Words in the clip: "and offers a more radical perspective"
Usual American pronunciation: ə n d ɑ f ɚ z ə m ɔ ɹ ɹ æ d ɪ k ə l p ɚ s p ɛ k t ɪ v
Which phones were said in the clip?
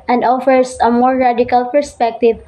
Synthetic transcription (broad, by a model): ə n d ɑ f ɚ s ə m ɔ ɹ ɹ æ d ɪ k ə l p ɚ s p ɛ k t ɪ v